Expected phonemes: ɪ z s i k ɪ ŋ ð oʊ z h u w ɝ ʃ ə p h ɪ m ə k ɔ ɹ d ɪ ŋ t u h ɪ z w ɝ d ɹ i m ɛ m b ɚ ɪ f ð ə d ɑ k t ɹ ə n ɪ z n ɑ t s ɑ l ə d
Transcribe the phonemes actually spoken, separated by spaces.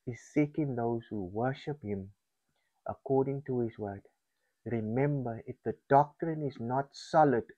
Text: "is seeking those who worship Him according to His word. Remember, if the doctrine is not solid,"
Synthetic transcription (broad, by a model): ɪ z s i k ɪ ŋ ð oʊ z h u w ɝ ʃ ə p h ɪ m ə k ɔ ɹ d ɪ ŋ t u h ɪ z w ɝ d ɹ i m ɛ m b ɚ ɪ f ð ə d ɑ k t ɹ ə n ɪ z n ɑ t s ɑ l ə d